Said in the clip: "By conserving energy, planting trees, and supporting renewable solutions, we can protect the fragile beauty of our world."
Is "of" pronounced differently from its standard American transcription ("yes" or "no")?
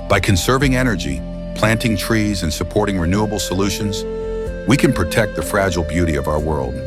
no